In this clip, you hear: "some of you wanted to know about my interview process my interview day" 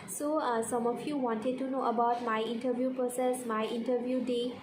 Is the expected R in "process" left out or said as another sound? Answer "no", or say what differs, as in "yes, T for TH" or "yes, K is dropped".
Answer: yes, R is dropped